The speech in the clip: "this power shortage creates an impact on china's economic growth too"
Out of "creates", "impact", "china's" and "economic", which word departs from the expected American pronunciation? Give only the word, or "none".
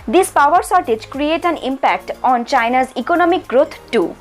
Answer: creates